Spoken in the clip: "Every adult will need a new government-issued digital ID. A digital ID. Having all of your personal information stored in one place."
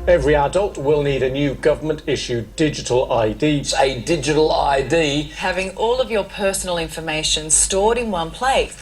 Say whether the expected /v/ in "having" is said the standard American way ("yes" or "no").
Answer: yes